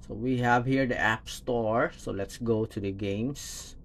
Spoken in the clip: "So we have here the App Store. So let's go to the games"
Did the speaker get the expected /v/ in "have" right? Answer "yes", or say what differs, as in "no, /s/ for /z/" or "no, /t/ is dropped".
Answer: yes